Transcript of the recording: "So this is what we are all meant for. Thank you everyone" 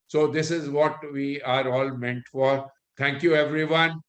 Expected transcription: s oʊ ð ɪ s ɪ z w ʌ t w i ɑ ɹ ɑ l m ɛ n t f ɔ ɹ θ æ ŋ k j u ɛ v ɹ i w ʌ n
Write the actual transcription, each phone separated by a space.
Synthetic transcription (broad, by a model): s oʊ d ɪ s ɪ z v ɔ t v i ɑ ɹ ɑ l m ɛ n t f ɔ ɹ t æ ŋ k j u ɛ v ɹ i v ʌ n